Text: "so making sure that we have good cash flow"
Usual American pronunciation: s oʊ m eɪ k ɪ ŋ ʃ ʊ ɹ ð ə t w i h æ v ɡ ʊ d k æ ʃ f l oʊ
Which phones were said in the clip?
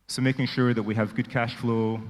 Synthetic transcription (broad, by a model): s oʊ m eɪ k ɪ ŋ ʃ ʊ ɹ ð ə t w i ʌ v ɡ ʊ d k æ ʃ f l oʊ